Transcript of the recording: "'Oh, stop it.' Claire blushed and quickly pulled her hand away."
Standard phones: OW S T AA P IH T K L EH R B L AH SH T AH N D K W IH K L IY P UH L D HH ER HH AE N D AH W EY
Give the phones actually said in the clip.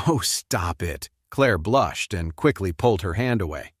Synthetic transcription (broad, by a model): OW S T AA P IH T K L EH R B L AH SH T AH N K W IH K L IY P UH L D HH ER HH AE N D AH W EY